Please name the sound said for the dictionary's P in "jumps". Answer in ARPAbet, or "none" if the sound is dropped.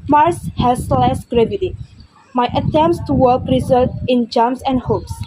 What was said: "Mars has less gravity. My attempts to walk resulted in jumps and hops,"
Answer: none